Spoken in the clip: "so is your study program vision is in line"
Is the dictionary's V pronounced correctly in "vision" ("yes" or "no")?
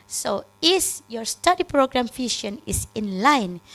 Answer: no